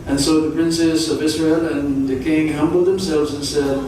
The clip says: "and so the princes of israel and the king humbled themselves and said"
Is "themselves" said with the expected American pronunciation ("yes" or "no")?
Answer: yes